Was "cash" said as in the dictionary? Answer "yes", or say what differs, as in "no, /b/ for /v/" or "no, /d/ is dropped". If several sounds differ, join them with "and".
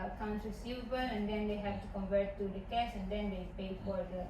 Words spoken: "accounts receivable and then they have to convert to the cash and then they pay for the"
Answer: no, /s/ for /ʃ/